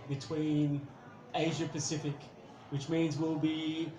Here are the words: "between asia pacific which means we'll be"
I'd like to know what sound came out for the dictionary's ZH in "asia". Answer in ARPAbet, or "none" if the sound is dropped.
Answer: ZH